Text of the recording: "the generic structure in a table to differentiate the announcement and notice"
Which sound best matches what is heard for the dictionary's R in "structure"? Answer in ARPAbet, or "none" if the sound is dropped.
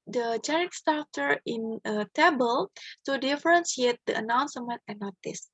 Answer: none